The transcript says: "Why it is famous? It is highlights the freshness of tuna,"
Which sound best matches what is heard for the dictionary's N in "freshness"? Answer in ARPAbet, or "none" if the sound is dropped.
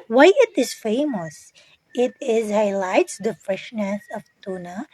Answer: N